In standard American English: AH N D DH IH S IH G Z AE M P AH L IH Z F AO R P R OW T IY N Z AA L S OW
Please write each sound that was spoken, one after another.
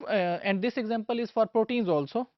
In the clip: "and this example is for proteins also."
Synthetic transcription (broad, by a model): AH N D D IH S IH G Z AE M P AH L IH Z F AO R P R OW T IY N Z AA L S OW